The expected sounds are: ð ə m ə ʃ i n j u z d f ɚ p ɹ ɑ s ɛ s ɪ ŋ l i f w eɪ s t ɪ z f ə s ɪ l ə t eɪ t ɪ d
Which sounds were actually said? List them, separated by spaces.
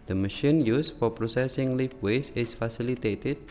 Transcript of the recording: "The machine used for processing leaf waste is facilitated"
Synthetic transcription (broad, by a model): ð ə m ə ʃ i n j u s f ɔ p ɹ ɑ s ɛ s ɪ ŋ l i f w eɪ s ɪ s f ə s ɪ l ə t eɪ t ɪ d